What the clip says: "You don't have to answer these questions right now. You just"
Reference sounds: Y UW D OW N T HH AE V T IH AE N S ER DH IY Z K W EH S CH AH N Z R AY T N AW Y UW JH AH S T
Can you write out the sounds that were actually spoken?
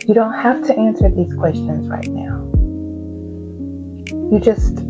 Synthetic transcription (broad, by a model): Y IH D OW N T HH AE F T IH AE N S ER DH IY Z K W EH S CH AH N Z R AY T N AW Y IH JH AH S T